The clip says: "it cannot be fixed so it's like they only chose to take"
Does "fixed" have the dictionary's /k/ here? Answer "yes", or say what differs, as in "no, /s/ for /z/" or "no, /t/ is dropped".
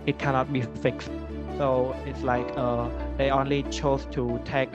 yes